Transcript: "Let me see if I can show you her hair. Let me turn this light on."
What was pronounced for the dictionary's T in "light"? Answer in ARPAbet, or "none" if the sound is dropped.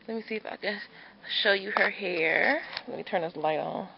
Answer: T